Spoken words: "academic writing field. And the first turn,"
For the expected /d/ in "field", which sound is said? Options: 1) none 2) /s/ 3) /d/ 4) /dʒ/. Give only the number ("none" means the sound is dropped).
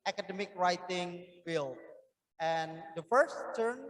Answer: 1